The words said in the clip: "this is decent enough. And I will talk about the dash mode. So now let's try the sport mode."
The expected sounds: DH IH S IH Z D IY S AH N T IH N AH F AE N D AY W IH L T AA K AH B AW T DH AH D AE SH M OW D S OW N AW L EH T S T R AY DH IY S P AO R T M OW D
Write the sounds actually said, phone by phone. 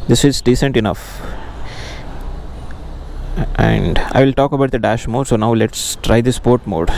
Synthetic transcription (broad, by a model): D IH S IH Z D IY S AH N T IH N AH F AE N D AY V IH L T AA K AH B AW T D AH D AE SH M OW D S OW N AW L EH T S T R AY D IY S P AO R T M OW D